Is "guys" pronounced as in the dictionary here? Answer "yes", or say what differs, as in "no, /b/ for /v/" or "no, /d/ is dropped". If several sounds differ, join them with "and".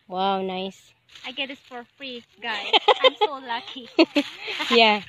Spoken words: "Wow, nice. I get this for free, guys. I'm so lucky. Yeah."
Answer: no, /z/ is dropped